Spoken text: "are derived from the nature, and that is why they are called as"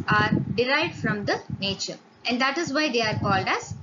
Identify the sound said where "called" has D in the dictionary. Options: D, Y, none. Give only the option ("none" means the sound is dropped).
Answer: D